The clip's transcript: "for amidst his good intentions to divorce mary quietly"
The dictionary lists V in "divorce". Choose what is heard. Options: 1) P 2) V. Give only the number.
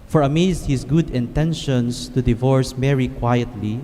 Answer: 2